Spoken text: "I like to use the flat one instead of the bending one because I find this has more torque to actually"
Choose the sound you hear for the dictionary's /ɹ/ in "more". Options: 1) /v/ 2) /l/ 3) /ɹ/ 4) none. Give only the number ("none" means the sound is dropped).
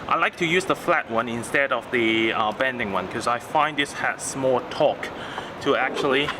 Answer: 2